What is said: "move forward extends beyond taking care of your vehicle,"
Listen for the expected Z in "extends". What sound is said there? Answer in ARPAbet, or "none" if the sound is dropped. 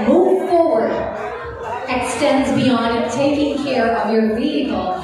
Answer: Z